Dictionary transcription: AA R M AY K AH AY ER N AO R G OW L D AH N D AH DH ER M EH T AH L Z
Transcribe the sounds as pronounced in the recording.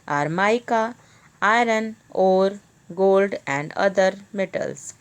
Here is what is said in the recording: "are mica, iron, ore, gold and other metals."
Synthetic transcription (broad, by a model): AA R M AY K AH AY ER N AO R G OW L D AH N D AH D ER M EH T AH L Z